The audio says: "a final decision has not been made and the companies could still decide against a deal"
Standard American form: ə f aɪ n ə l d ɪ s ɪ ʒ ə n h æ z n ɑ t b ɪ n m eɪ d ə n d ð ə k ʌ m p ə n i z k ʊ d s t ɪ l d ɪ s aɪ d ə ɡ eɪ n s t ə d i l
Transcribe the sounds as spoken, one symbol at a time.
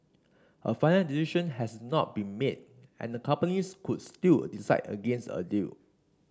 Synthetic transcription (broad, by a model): ə f aɪ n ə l d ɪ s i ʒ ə n h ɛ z n ɑ t b ɪ n m eɪ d ə n d ə k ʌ m p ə n i s k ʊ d s t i l d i s aɪ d ə ɡ eɪ n s t ə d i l